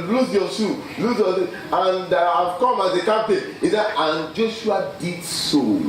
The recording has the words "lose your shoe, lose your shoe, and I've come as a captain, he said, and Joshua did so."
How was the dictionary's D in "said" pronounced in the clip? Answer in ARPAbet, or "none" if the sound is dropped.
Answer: none